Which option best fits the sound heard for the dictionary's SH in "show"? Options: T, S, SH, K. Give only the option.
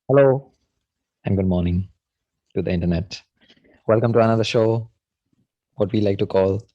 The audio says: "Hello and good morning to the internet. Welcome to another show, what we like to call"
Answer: SH